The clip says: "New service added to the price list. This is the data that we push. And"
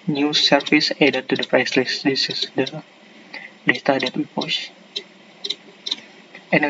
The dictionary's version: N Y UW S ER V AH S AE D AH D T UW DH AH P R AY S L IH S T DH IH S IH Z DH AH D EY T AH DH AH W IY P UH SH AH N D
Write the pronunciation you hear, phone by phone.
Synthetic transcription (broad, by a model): N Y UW S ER F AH S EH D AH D T UW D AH P R AY S L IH S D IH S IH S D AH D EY T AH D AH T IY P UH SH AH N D